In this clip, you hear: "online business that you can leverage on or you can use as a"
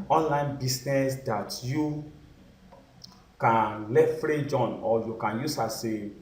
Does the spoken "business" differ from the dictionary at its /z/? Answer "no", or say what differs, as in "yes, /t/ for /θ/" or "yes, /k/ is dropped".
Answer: yes, /s/ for /z/